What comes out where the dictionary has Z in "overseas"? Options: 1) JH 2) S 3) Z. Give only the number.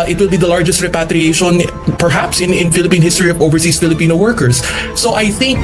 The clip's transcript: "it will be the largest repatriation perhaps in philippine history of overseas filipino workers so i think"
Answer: 2